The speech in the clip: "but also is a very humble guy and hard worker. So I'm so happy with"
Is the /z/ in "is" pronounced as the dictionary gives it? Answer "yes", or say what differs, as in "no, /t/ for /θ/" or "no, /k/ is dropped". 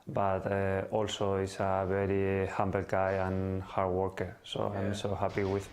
no, /s/ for /z/